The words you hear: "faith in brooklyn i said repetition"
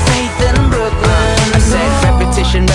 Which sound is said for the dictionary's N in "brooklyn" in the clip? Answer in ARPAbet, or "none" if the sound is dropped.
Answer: none